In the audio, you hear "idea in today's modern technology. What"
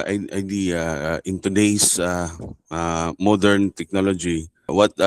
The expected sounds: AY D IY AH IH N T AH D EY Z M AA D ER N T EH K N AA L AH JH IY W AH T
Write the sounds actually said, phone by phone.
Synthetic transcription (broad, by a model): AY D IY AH IH N T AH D EY S M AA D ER N T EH K N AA L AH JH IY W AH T